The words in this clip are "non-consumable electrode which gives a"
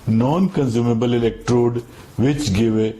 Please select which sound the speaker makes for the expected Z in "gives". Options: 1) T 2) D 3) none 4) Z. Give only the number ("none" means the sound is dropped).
3